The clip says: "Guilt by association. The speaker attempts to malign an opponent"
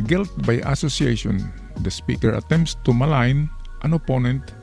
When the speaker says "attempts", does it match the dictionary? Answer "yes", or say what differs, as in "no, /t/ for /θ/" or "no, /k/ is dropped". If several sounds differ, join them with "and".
yes